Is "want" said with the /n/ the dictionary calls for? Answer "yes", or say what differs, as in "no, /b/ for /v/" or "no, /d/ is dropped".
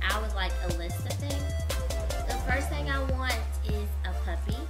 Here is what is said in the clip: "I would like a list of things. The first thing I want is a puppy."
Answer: yes